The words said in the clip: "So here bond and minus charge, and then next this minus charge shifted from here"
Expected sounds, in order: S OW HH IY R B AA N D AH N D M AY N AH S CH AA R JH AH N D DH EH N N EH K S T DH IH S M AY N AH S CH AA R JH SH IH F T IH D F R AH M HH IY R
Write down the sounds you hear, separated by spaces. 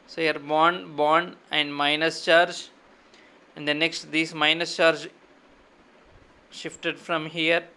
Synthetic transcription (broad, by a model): S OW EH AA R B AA N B AH N D M AY N AH S CH AA R JH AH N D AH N N EH K S T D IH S M AY N AH S CH AA R JH SH IH F T IH D F R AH M HH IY R